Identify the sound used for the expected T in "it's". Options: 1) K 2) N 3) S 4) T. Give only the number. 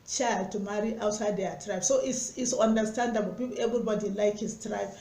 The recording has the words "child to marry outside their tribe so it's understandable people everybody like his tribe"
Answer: 3